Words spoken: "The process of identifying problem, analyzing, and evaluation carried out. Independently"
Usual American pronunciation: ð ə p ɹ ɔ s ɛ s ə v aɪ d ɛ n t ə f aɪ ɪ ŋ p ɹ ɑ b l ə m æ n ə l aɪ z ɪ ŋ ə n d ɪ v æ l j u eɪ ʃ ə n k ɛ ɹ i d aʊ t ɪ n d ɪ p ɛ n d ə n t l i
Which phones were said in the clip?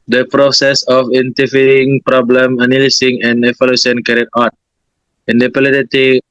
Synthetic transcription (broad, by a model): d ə p ɹ ɔ s ɛ s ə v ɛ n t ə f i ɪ ŋ p ɹ ɑ b l ə m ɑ n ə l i s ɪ ŋ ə n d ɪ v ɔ l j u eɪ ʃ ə n k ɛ ɹ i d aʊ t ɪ n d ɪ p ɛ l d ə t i